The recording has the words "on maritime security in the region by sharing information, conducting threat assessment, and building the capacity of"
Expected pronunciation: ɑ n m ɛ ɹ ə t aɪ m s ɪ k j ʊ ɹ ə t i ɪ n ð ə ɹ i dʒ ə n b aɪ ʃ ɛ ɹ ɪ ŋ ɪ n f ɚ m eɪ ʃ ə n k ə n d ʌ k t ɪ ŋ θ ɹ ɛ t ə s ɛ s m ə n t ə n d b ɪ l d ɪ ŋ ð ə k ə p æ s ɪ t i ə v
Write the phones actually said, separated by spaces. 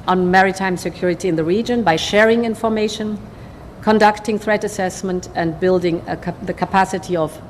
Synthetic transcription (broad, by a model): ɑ n m ɛ ɹ ə t aɪ m s ɪ k j ʊ ɹ ə t i ɪ n ð ə ɹ i dʒ ə n b aɪ ʃ ɛ ɹ ɪ ŋ ɪ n f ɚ m eɪ ʃ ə n k ə n d ʌ k t ɪ ŋ θ ɹ ɛ t ə s ɛ s m ə n t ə n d b ɪ l d ɪ ŋ ð ə k ə p æ s ɪ t i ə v